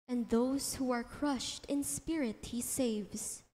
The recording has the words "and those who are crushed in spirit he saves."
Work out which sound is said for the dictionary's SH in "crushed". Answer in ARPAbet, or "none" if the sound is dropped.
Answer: SH